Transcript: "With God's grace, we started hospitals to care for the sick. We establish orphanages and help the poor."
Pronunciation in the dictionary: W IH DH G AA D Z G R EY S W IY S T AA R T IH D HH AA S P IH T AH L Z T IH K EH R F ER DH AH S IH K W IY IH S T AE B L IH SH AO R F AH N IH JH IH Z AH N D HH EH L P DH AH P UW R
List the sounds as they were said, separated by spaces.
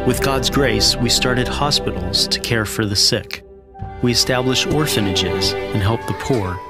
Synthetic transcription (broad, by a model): W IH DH G AA D Z G R EY S W IY S T AA R T IH D HH AA S P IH T L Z T IH K EH R F ER DH AH S IH K W IY IH S T AE B L IH SH AO R F AH N IH JH IH Z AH N HH EH L P DH AH P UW R